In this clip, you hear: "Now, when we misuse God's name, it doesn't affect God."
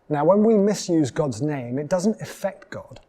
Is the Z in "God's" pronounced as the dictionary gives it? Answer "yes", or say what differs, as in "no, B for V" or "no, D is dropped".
yes